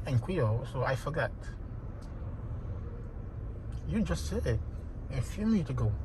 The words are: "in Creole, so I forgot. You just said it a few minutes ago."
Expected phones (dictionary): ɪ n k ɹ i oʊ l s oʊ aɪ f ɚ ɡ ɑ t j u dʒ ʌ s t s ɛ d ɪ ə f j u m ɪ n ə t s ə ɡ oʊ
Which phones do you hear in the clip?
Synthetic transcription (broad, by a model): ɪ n k w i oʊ s oʊ aɪ f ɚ ɡ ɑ t j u dʒ ʌ s t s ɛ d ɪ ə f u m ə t ə ɡ oʊ